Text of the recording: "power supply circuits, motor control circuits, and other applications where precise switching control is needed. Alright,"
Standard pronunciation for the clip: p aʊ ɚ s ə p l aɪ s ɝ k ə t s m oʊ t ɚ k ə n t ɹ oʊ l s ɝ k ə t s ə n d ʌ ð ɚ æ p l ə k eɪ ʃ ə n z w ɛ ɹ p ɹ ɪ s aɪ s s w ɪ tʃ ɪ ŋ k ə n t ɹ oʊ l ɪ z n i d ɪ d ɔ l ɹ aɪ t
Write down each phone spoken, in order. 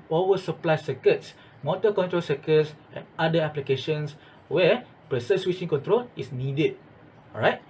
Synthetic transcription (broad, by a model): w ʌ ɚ s ə p l aɪ s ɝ k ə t s m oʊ t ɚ k ə n t ɹ oʊ l s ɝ k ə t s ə n d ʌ ɚ p l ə k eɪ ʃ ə n s w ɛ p ɹ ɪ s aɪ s s w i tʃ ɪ ŋ k ə n t ɹ oʊ l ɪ s n i d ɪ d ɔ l ɹ aɪ t